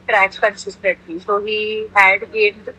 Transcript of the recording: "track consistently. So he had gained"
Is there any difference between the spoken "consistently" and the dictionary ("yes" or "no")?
yes